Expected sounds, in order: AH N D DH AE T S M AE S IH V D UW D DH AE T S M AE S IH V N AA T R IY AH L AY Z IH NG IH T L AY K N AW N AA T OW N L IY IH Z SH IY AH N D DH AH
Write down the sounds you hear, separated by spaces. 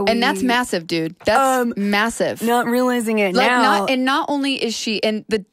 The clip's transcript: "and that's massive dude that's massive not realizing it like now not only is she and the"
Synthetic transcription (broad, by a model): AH N DH AE T S M AE S IH V D UW D DH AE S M M AE S IH V N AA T R IY AH L AY Z IH NG IH T L AY K N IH N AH T OW N L IY IH Z SH IY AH N DH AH